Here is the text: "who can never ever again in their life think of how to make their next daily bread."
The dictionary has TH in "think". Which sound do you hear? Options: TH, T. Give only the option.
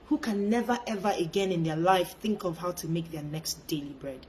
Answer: TH